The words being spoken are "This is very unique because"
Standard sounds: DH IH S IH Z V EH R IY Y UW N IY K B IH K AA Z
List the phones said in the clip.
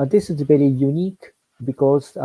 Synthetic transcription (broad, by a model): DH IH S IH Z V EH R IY Y UW N IY K B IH K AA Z